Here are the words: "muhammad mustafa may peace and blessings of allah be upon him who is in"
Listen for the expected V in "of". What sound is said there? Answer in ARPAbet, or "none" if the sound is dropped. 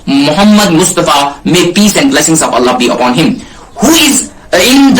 P